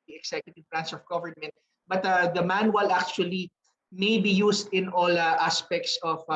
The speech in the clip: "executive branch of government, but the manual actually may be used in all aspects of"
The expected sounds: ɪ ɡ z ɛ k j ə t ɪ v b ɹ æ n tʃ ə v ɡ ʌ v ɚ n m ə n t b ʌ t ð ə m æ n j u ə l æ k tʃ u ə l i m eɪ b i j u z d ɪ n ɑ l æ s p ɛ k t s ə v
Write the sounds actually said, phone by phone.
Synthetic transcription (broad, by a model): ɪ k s ɛ k j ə t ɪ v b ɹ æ n s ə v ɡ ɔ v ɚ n m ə n t b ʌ t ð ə m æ n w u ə l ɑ k tʃ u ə l i m eɪ b i j u s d ɪ n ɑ l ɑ s p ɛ k t s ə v